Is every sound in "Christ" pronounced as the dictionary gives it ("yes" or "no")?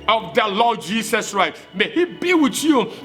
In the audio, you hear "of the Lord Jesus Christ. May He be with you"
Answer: no